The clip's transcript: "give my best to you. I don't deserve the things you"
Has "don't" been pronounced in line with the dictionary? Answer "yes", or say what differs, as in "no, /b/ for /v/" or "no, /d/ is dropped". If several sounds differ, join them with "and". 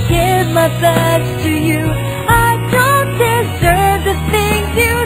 yes